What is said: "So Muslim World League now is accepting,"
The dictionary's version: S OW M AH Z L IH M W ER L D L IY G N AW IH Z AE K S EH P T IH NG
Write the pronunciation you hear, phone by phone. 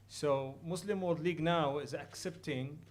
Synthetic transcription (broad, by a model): S OW M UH S L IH M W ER D L IY G N AW IH Z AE K S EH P T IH NG